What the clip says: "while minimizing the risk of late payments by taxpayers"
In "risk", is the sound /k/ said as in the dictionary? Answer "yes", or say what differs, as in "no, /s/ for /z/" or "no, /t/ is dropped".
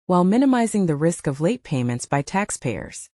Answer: yes